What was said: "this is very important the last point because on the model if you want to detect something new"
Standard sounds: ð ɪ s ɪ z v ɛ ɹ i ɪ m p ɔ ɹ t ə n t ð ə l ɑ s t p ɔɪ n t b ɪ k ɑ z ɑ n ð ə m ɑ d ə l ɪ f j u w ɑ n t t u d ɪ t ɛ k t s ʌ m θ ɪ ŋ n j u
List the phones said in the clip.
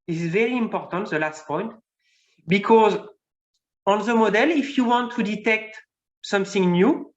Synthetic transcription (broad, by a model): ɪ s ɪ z v ɛ ɹ i ɪ m p ɔ ɹ t ə n t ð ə l ɑ s t p ɔɪ n t b ɪ k ɑ z ɑ n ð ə m ɑ d ə l ɪ f j u w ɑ n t t u d ɪ t ɛ k t s ʌ m θ ɪ ŋ n j u